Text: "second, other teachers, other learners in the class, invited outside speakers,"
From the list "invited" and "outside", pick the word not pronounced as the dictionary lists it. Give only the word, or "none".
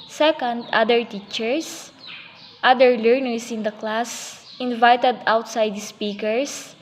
none